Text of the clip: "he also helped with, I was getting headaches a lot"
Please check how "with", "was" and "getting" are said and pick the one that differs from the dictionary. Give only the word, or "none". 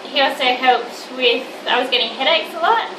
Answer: none